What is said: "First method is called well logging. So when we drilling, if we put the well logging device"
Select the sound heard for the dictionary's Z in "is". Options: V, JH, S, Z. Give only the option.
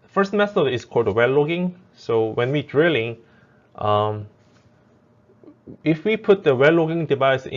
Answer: S